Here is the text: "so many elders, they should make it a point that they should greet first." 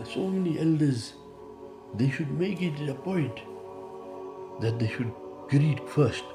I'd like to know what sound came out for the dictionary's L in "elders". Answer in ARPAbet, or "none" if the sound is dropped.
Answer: L